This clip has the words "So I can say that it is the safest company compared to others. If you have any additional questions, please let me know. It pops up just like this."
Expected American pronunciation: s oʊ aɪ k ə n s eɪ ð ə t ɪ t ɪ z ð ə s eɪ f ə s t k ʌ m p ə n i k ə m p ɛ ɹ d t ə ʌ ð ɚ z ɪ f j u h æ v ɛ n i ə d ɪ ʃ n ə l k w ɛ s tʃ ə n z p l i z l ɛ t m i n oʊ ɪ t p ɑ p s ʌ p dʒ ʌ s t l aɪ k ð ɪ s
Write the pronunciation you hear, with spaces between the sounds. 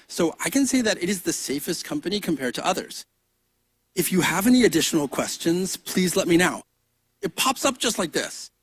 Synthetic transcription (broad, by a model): s oʊ aɪ k ə n s eɪ ð ə t ɪ t ɪ z ð ə s eɪ f ə s t k ʌ m p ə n i k ə m p ɛ ɹ d t ə ʌ ð ɚ z ɪ f j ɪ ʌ v ɛ n i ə d ɪ ʃ n l k w ɛ s tʃ ə n z p l i z l ɛ t m i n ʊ ɪ t p ɑ p s ʌ p ʒ ʌ s t l aɪ k ð ɪ s